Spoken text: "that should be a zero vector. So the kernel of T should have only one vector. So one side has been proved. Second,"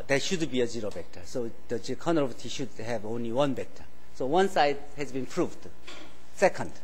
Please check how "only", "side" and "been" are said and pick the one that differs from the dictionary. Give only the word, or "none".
none